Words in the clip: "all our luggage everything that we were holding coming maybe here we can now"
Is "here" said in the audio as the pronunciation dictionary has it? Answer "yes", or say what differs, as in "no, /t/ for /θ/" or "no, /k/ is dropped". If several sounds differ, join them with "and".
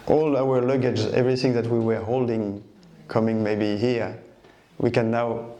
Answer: yes